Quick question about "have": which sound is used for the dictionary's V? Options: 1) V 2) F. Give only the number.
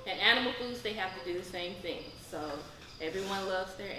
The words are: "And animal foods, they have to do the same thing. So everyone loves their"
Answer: 2